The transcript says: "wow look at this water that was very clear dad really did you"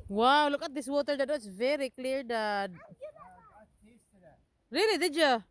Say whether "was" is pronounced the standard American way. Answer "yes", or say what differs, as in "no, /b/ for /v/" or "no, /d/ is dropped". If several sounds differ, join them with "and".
no, /s/ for /z/